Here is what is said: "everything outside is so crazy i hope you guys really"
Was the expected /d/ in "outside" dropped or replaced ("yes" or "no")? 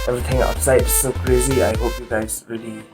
yes